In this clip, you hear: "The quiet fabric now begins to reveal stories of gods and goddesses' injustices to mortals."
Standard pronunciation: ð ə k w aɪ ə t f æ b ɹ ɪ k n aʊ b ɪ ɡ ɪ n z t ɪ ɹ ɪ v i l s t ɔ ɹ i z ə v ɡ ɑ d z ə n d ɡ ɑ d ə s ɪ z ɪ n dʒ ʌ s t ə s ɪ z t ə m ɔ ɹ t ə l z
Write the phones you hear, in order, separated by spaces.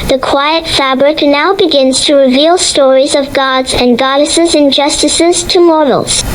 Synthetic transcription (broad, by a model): ð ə k w aɪ ə t f æ b ɹ ɪ k n aʊ b ɪ ɡ ɪ n z t ɪ ɹ ɪ v i l s t ɔ ɹ i z ə v ɡ ɑ d z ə n ɡ ɑ d ə s ɪ z ɪ n dʒ ʌ s t ə s ɪ z t ə m ɔ ɹ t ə l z